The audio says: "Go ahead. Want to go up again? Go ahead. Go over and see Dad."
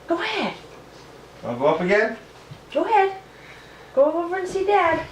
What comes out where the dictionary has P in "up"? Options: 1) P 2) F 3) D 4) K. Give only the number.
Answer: 2